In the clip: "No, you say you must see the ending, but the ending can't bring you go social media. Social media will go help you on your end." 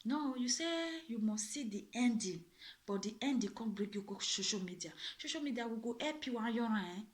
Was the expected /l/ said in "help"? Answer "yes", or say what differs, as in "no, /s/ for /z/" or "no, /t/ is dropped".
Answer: no, /l/ is dropped